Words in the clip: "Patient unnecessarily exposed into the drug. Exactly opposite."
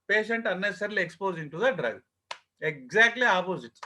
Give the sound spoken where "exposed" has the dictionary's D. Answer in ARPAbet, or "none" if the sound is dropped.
none